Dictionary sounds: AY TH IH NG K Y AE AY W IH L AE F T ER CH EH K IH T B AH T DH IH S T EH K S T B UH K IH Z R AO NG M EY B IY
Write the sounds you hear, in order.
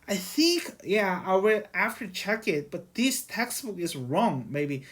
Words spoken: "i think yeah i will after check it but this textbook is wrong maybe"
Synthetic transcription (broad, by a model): AY TH IH NG K Y AE AY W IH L AE F T ER CH EH K IH T B AH T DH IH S T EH K S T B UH K IH Z R AO NG M EY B IY